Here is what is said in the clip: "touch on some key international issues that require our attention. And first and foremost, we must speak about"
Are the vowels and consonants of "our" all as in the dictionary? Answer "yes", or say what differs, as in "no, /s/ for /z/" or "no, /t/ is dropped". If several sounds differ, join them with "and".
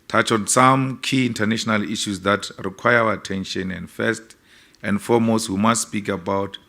no, /w/ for /ɹ/